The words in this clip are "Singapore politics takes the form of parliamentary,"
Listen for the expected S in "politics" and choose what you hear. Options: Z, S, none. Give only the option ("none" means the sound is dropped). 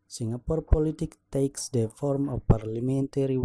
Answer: none